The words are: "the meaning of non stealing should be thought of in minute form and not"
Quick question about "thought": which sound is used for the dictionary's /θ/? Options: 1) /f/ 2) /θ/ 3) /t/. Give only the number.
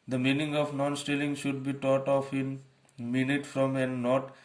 3